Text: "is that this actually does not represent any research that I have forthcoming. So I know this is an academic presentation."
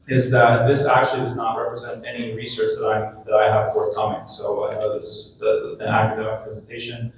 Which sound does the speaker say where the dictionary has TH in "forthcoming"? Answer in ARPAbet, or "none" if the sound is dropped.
TH